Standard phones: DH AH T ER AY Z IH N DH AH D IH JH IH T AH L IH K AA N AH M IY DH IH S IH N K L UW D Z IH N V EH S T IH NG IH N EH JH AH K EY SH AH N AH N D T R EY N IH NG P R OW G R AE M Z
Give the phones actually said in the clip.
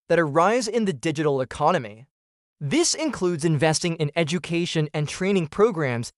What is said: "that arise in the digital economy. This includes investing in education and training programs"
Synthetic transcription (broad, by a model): DH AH T ER AY Z IH N DH AH D IH JH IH T L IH K AA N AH M IY DH IH S IH N K L UW D Z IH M V EH S T IH NG IH N EH JH AH K EY SH AH N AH N T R EY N IH NG P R OW G R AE M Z